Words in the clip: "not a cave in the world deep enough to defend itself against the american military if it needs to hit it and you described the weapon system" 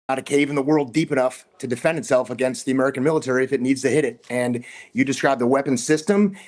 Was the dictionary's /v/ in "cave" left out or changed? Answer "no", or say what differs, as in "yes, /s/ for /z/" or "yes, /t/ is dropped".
no